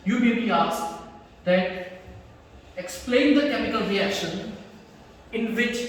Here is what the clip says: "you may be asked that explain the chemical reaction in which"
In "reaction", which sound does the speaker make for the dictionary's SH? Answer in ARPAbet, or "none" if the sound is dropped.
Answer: SH